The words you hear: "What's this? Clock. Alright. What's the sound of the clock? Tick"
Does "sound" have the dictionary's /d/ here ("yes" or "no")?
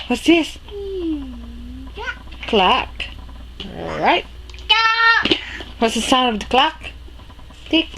no